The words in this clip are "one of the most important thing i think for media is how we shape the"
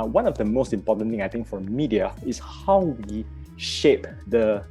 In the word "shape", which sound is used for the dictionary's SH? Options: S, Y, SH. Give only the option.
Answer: SH